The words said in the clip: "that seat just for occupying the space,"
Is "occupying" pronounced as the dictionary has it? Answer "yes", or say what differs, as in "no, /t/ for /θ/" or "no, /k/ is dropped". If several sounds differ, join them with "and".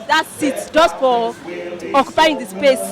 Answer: yes